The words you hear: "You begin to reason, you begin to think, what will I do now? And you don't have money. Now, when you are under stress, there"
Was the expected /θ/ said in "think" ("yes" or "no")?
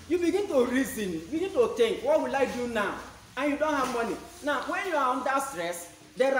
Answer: no